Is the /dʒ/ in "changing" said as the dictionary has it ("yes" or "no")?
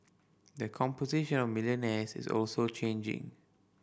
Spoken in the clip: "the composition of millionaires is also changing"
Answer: yes